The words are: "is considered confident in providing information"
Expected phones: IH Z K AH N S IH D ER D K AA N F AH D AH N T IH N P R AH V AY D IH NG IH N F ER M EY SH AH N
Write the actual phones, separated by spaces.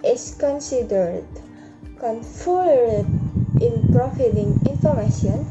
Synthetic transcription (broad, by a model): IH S K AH N S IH D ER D K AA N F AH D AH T T IH N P R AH F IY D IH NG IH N F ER M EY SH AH N